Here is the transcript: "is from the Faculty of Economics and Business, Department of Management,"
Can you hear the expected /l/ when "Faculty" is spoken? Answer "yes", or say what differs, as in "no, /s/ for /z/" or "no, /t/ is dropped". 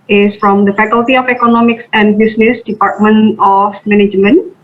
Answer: yes